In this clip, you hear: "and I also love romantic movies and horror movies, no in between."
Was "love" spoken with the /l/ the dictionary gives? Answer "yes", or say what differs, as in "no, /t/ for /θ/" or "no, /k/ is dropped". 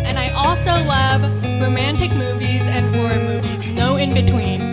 yes